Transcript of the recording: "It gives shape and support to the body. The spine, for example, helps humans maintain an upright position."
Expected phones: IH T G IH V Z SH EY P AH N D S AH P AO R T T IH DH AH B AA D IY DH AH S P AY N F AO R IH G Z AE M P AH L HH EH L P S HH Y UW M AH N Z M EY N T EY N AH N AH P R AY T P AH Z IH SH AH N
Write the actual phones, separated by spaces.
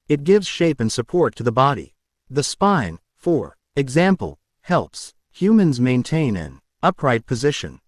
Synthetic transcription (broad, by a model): IH T G IH V Z SH EY P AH N S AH P AO R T T IH DH AH B AA D IY DH AH S P AY N F AO R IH G Z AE M P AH L HH EH L P S HH Y UW M AH N Z M EY N T EY N AH N AH P R AY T P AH Z IH SH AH N